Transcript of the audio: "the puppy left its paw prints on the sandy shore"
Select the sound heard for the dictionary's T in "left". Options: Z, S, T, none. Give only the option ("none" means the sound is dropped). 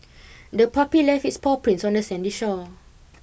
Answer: none